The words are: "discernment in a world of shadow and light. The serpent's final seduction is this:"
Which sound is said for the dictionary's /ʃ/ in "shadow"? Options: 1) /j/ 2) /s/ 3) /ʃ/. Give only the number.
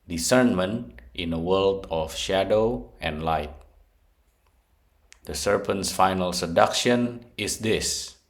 3